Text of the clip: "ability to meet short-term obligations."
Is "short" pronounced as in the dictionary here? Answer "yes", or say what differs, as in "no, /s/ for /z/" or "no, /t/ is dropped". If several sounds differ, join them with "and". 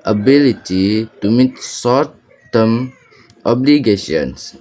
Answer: no, /s/ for /ʃ/